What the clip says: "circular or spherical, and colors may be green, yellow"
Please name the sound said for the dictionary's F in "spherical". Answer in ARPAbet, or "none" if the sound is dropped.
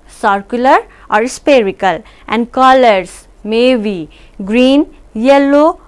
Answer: P